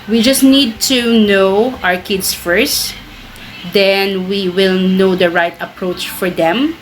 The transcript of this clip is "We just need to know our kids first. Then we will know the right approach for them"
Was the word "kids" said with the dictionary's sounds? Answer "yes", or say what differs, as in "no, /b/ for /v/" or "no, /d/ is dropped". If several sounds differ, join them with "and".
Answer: no, /s/ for /z/